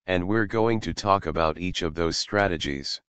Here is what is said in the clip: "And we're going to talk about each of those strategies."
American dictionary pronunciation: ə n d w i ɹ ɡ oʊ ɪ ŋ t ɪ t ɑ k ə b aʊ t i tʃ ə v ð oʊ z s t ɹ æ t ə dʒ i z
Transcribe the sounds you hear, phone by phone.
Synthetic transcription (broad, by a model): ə n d w i ɹ ɡ oʊ ɪ ŋ t ɪ t ɑ k ə b aʊ t i tʃ ə v ð oʊ z s t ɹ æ t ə dʒ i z